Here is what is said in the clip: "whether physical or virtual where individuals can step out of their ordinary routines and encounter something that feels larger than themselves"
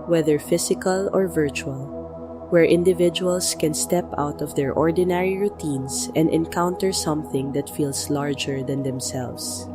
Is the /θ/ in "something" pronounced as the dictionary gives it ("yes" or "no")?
yes